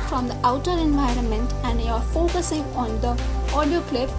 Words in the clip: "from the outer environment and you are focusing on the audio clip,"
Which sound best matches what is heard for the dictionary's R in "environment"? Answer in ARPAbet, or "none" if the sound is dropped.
R